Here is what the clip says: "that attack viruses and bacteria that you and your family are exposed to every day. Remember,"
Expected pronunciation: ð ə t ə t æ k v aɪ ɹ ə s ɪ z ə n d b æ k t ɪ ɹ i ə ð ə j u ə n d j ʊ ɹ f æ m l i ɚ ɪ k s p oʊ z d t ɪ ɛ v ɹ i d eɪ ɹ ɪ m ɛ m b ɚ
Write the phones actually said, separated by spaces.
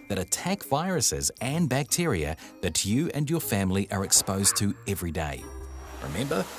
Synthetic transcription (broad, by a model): ð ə t ə t æ k v aɪ ɹ ə s ɪ z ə n b æ k t ɪ ɹ i ə ð ə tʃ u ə n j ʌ ɹ f æ m l i ɚ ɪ k s p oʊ z t ɪ ɛ v ɹ i d eɪ ɹ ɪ m ɛ m b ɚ